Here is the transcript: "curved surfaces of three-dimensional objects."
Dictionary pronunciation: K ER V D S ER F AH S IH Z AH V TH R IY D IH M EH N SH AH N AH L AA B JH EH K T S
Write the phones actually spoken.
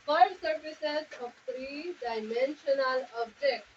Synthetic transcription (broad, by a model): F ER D S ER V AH S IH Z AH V T R IY D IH M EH N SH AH N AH L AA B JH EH K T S